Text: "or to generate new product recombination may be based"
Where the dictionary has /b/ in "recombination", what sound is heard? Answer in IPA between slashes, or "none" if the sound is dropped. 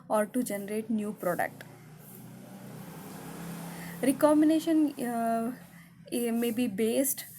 none